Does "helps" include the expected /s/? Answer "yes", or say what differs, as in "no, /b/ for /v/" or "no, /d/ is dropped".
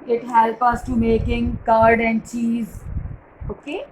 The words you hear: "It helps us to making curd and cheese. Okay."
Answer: no, /s/ is dropped